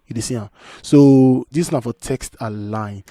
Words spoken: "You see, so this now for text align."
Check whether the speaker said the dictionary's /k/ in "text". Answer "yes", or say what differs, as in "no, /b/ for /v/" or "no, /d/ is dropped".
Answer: yes